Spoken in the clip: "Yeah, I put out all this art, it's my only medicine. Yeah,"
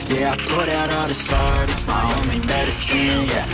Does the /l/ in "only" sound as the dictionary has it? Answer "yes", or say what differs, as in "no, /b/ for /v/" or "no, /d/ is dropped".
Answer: no, /l/ is dropped